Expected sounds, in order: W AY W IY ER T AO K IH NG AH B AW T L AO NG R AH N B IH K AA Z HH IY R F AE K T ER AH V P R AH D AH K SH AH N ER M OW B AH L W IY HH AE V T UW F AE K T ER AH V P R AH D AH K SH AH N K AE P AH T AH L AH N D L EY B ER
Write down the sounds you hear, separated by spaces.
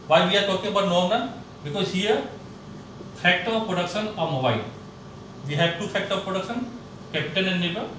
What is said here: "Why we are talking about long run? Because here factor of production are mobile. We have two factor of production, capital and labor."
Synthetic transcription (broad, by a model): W AY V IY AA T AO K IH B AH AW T N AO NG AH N B IH K AA Z HH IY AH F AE K T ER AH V P R AH D AH K SH AH N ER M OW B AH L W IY HH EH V T UW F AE K T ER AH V P R AH D AH K SH AH N K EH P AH T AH N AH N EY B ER